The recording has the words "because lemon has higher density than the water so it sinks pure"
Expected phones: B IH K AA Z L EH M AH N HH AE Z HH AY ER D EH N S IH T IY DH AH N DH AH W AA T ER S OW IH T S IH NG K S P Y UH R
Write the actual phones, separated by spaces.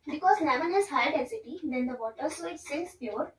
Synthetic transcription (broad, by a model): B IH K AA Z N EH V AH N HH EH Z HH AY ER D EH S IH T IY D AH N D AH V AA T ER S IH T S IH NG S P Y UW R